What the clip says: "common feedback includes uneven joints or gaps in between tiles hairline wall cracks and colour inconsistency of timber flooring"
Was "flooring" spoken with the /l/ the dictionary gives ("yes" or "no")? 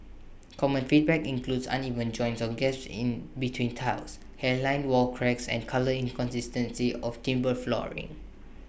yes